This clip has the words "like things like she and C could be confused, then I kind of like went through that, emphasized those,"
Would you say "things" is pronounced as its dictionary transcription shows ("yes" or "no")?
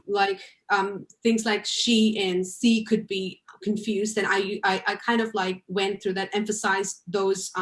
yes